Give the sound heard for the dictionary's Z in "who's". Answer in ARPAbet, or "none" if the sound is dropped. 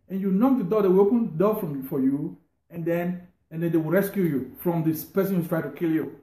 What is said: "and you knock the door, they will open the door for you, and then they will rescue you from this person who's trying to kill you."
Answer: none